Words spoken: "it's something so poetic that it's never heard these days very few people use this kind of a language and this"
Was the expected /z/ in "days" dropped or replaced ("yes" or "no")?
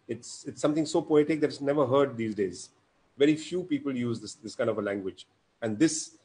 no